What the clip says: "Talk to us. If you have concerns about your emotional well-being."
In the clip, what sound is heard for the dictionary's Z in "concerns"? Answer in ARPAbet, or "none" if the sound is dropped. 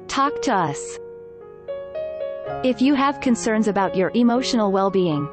Z